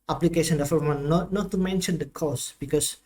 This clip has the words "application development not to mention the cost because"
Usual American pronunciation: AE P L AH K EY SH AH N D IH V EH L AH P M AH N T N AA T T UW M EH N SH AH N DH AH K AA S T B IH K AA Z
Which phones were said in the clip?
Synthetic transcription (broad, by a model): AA P L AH K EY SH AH N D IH F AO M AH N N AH T N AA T T UW M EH N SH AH N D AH K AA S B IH K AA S